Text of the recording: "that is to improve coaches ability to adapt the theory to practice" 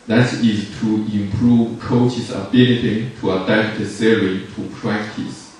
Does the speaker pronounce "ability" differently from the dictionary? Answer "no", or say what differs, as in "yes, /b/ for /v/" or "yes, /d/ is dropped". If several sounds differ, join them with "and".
yes, /n/ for /l/